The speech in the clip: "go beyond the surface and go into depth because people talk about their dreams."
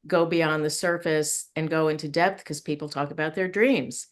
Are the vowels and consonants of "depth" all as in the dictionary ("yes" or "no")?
yes